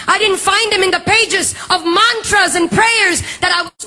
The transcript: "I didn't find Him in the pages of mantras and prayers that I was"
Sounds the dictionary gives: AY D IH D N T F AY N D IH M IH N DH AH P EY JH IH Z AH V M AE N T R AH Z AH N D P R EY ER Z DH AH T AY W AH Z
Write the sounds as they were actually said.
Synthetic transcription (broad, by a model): AY D IH D N T F AY N D IH M IH N DH AH P EY JH IH Z AH V M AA N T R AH Z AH N P R EY ER Z DH AH T AY W